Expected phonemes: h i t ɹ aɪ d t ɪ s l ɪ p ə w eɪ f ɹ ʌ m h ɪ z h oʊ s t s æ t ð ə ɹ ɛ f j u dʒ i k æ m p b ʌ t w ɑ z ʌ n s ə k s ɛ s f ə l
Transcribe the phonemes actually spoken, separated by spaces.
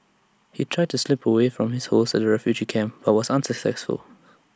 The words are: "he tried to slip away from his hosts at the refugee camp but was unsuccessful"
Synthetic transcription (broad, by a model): h i t ɹ aɪ d t ɪ s l ɪ p ə w eɪ f ɹ ʌ m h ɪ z h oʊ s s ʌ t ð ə ɹ ɛ f j u dʒ i k æ m p b ʌ t w ɑ z ʌ n s ə k s ɛ s f ə l